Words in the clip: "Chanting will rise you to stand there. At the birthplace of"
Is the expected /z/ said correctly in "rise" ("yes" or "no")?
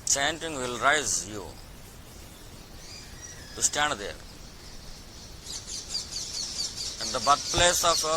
yes